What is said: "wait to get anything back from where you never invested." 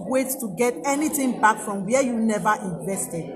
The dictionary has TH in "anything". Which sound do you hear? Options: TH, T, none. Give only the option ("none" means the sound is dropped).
T